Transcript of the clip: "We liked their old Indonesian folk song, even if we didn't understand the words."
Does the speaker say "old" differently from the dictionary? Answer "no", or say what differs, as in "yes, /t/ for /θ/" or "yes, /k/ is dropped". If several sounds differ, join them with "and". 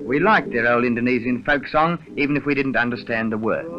yes, /d/ is dropped